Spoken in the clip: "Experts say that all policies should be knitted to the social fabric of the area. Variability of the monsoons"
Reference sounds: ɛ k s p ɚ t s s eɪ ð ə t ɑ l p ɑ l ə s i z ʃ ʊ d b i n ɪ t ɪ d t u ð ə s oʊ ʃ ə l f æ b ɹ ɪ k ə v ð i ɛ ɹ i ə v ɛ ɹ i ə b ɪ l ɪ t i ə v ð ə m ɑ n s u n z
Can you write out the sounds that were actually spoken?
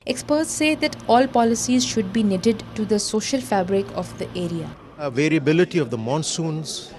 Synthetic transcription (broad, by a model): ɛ k s p ɚ t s s eɪ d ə t ɑ l p ɑ l ə s i z ʃ ʊ d b i n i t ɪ d t u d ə s oʊ ʃ ə l f æ b ɹ ɪ k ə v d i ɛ ɹ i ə v ɛ ɹ i ə b ɪ l ɪ t i ə v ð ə m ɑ n s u n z